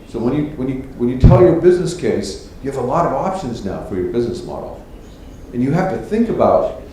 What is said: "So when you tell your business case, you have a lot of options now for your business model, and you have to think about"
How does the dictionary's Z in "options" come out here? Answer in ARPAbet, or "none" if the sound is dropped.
Z